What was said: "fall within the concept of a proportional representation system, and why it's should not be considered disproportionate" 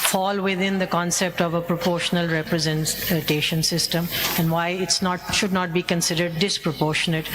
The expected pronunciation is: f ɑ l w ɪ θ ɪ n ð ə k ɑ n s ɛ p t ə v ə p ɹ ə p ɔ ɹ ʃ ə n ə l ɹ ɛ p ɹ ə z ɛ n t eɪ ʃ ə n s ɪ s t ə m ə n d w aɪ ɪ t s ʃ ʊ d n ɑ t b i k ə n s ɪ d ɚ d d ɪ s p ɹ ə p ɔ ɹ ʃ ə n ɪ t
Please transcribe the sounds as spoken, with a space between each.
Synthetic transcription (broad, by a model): f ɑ l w ɪ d ɪ n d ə k ɑ n s ɛ p t ə v ə p ɹ ə p ɔ ɹ ʃ ə n ə l ɹ ɛ p ɹ ə z ɛ n t eɪ ʃ ə n s ɪ s t ə m ə n d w aɪ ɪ t s ʃ ʊ d n ɑ t b i k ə n s ɪ d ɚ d d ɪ s p ɹ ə p ɔ ɹ ʃ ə n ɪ t